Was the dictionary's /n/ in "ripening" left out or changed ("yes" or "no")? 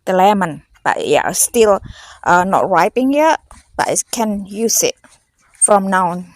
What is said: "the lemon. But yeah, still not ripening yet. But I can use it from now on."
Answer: yes